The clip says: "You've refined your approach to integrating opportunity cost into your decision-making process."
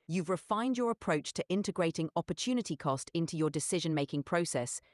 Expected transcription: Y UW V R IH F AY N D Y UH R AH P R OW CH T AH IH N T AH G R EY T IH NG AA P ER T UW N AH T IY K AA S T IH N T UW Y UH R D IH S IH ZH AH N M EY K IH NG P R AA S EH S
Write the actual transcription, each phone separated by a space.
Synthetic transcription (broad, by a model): Y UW V R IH F AY N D Y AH R AH P R OW CH T AH IH N T AH G R EY T IH NG AA P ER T UW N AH T IY K AA S T IH N T UW Y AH D IH S IH ZH AH N M EY K IH NG P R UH S EH S